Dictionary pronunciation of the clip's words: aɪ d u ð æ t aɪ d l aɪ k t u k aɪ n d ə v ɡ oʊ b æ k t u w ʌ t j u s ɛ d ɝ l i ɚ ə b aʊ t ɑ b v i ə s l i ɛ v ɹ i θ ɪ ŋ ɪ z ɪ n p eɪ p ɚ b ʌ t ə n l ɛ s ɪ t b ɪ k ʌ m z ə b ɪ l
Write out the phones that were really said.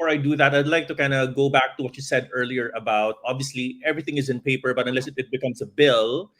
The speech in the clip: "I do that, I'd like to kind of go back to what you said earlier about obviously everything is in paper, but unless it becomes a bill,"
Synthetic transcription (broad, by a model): aɪ d u ð æ t aɪ d l aɪ k t u k aɪ n d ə ɡ oʊ b æ k t u w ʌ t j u s ɛ d ɝ l i ɚ ə b aʊ t ɑ b v i ə s l i ɛ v ɹ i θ ɪ ŋ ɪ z ɪ n p eɪ p ɚ b ʌ t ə n l ɛ s ɪ t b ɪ k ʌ m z ə b ɪ l